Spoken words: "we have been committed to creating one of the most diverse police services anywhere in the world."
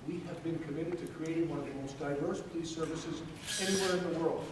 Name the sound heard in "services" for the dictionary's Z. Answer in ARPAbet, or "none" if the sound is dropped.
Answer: Z